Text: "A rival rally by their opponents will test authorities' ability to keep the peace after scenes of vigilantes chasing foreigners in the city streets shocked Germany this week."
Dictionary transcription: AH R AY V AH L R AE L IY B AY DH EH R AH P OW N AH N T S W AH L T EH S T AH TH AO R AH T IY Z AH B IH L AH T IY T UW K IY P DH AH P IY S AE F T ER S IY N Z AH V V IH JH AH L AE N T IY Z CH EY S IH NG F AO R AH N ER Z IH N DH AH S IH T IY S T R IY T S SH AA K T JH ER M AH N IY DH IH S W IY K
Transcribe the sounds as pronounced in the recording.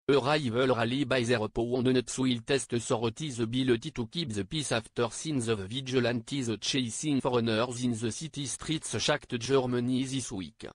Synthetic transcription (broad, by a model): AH R AY V AH L R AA L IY B AY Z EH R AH P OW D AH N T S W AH L T EH S T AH S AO R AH T IY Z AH B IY L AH T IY T UW K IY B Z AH P IY S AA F T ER S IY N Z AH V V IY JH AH L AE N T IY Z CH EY S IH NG F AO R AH N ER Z IH N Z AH S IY T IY S T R IY T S SH AA K T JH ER M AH N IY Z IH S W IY K